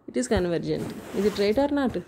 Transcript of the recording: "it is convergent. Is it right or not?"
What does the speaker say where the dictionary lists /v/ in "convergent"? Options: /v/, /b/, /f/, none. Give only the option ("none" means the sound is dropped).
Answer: /v/